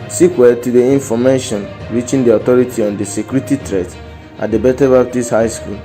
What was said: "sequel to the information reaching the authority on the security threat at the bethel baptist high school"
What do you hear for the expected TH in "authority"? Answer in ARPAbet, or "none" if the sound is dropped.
T